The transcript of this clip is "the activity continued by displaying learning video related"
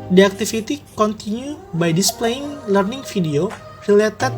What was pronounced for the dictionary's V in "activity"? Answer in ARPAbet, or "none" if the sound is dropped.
F